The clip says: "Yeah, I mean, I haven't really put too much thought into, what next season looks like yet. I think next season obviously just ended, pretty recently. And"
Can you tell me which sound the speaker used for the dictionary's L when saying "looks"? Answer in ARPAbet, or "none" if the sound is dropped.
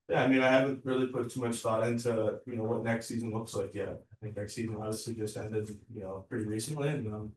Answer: L